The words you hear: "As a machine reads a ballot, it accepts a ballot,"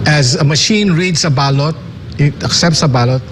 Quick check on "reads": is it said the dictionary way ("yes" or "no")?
no